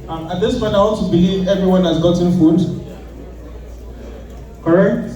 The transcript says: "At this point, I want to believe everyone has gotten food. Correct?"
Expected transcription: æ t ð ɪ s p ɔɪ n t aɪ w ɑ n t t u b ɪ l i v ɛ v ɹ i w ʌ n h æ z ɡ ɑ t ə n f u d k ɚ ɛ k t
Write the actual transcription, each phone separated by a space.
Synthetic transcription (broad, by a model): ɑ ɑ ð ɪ s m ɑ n aɪ w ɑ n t t u b ɪ l i v ɛ v ɹ i w ʌ n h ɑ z ɡ ɑ t ə n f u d k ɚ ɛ k t